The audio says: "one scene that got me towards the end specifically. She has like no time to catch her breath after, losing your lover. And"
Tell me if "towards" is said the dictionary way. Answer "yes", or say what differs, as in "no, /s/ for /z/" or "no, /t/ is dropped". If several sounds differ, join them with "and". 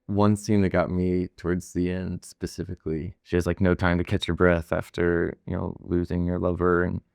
yes